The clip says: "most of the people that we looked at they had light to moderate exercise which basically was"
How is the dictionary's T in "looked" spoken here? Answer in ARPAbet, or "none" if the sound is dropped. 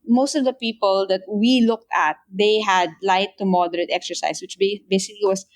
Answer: T